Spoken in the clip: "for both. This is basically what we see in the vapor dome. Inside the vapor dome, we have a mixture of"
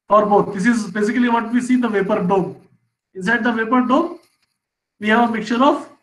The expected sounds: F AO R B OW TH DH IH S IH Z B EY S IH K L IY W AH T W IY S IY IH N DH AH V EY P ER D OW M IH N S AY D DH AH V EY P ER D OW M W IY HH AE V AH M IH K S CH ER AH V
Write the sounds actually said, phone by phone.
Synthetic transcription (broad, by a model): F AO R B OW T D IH S IH Z B EY S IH K L IY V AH T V IY S IY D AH V EY P ER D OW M IH N S AY D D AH V EY P ER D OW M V IY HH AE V AH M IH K CH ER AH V